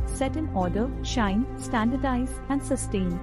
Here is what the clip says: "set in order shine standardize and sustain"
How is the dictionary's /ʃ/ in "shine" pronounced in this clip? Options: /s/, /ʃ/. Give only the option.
/ʃ/